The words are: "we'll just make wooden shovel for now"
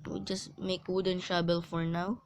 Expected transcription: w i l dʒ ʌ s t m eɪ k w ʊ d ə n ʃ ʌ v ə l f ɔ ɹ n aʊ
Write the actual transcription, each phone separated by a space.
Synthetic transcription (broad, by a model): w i dʒ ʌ s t m eɪ k w ʊ d ə n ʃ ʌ b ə l f ɔ ɹ n aʊ